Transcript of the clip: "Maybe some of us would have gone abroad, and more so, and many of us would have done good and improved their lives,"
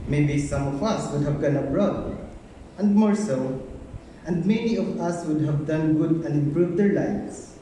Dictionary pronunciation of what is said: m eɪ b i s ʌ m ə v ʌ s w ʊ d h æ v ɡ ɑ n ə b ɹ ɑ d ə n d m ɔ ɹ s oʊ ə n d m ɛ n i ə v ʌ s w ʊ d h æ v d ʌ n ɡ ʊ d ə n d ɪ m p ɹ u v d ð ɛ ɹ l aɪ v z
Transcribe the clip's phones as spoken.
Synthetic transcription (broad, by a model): m eɪ b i s ʌ m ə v ʌ s w ʊ d h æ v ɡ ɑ n ə b ɹ ɑ d ə n d m ɔ ɹ s oʊ ə n d m ɛ n i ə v ʌ s w ʊ d h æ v d ʌ n ɡ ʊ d ə n d ɪ m p ɹ u v d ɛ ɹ l aɪ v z